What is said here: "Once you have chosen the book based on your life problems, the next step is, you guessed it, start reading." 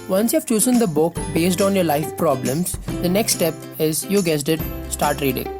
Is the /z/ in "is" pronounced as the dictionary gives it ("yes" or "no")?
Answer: yes